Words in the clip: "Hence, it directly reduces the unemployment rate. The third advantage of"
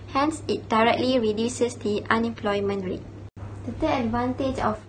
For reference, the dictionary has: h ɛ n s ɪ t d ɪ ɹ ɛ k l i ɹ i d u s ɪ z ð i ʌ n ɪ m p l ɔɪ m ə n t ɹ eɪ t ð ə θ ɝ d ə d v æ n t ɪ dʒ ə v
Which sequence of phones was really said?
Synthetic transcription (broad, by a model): h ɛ n s ɪ t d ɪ ɹ ɛ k l i ɹ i d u s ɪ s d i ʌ n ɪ m p l ɔɪ m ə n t ɹ eɪ t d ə t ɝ ə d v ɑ n t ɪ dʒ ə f